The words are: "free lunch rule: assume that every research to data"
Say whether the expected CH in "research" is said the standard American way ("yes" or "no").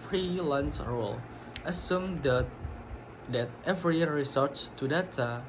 no